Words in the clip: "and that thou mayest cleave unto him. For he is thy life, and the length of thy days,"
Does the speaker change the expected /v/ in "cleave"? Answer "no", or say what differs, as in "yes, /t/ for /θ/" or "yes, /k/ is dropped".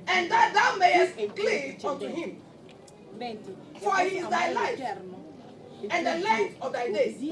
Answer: yes, /v/ is dropped